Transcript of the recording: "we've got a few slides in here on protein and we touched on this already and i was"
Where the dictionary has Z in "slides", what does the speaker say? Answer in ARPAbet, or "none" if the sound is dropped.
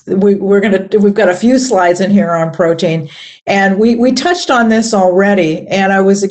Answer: Z